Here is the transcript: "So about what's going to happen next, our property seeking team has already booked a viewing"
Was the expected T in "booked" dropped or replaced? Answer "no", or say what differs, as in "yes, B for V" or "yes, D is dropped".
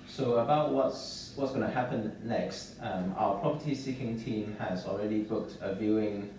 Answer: no